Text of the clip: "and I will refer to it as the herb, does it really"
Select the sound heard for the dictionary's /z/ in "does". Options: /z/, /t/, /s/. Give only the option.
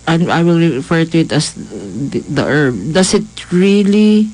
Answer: /s/